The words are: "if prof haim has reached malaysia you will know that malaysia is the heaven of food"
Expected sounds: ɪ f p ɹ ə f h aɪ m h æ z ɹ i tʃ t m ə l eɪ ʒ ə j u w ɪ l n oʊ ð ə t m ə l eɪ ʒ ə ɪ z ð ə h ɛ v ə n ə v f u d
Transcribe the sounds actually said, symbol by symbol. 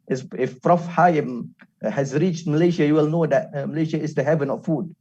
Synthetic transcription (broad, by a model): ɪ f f ɹ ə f h aɪ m h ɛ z ɹ i tʃ t m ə l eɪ ʃ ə j u w ɪ l n oʊ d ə t m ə l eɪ ʃ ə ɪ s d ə h ɛ v ə n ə f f u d